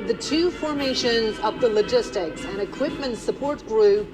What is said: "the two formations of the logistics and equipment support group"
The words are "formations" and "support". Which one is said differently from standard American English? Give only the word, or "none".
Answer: none